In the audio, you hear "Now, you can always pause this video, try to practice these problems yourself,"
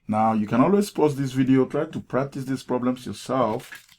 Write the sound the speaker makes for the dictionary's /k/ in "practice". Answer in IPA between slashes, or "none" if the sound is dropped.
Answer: /k/